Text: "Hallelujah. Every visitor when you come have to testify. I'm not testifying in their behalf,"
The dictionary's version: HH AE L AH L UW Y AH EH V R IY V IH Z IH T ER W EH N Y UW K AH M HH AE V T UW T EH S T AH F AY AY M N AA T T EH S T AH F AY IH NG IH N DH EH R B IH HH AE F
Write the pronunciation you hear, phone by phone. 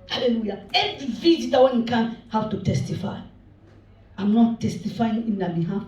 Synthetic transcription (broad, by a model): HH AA L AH L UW Y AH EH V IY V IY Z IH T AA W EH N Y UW K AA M HH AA W T UW T EH S T AH F AY AY M N AA T T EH S T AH F AY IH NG IH N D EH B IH HH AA F